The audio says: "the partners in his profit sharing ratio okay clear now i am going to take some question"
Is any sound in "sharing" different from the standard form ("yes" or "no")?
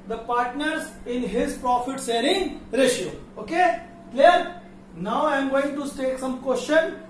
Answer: yes